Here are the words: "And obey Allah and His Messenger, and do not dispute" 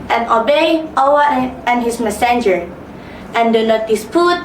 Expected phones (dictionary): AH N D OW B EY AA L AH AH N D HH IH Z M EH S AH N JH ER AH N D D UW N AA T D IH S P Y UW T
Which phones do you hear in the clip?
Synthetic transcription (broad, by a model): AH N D OW B EY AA W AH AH N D HH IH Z M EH S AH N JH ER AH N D D UW N AA T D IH S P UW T